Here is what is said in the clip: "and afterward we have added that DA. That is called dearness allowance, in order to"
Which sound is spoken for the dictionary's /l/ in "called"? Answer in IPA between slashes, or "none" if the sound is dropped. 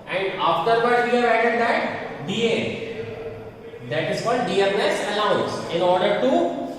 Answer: /l/